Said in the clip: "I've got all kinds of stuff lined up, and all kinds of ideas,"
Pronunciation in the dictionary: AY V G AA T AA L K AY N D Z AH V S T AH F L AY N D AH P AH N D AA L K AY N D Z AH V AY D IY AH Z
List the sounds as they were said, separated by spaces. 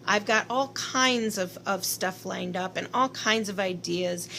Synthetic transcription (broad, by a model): AY V G AA T AA L K AY N D Z AH V S T AH F L AY N D AH P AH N AA L K AY N D Z AH V AY D IY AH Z